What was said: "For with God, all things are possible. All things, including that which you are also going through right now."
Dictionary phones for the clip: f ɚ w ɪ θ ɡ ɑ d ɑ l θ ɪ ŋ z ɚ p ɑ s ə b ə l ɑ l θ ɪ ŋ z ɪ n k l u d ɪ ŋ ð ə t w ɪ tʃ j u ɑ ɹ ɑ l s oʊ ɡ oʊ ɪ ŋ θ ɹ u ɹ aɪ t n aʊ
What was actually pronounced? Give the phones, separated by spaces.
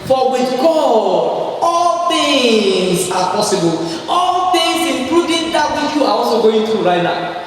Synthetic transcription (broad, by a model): f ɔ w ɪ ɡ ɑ ɑ l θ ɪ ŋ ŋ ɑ p ɑ s ə b ə l ɑ l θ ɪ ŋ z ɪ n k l u d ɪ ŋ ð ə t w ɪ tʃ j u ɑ w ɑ s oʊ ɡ oʊ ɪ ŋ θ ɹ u ɹ aɪ t n aʊ